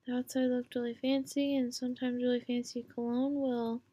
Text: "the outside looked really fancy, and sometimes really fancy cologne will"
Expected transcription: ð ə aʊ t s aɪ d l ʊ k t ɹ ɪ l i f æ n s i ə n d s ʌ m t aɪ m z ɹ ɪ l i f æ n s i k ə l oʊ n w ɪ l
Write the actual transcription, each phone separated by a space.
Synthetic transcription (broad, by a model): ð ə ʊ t s aɪ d l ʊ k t ɹ ɪ l i f æ n s i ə n s ʌ m t aɪ m z ɹ ɪ l i f æ n s i k ə l oʊ n w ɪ l